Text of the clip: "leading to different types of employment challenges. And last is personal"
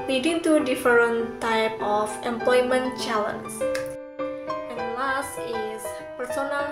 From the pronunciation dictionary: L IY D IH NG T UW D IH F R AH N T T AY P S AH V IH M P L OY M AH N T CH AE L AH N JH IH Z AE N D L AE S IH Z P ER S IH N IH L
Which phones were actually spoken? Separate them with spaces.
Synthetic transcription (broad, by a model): L IY D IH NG T UW D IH F R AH N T T AY P AH F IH M P L OY M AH N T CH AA L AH N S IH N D L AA S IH S P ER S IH N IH L